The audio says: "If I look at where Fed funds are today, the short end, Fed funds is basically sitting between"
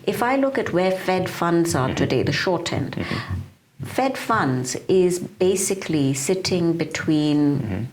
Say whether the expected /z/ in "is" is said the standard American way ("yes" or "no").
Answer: yes